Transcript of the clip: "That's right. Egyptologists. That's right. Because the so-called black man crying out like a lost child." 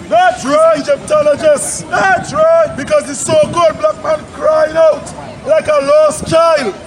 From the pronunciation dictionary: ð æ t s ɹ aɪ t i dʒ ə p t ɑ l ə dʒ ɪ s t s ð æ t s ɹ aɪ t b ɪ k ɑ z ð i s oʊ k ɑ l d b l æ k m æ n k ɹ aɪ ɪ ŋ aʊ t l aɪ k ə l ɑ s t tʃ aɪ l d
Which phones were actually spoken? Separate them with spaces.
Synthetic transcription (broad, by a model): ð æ t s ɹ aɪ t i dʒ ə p t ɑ l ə dʒ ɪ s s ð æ t s ɹ aɪ t b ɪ k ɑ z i s oʊ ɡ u d b l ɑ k m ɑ n k ɹ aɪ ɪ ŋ aʊ t l aɪ k ə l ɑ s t tʃ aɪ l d